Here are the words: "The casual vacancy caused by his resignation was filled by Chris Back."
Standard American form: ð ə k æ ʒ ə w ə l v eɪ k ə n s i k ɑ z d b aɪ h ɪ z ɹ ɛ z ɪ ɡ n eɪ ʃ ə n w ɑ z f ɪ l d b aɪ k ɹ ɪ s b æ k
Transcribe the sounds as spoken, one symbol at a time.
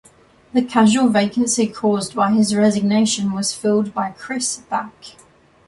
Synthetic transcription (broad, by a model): ð ə k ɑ ʒ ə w ə l v eɪ k ə n s i k ɑ z b aɪ ɪ z ɹ ɛ z ɪ ɡ n eɪ ʃ ə n w ɑ z f ɪ l d b aɪ k ɹ ɪ s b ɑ k